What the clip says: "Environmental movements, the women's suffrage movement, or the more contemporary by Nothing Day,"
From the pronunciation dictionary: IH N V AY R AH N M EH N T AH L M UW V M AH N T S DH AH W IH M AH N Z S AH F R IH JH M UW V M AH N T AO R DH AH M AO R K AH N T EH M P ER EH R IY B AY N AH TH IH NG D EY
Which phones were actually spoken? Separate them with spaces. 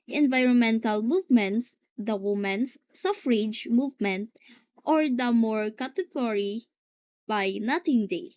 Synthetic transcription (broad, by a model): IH N V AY R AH N M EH N T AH L M UW V M AH N T S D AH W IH M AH N S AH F R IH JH M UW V M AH N T AO R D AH M AO R K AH T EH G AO R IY B AY N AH T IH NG D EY